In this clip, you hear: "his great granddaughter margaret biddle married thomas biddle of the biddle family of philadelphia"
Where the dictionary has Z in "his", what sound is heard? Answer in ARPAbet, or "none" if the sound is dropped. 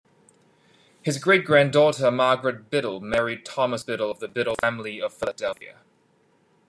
Z